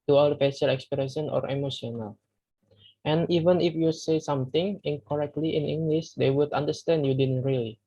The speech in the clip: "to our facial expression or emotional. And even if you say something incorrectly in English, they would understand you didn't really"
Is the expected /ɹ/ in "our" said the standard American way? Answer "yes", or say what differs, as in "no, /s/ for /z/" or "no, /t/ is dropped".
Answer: no, /l/ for /ɹ/